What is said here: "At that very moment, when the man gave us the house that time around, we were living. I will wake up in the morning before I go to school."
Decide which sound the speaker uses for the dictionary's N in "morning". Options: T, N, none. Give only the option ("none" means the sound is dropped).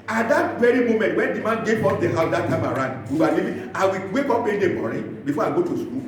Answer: none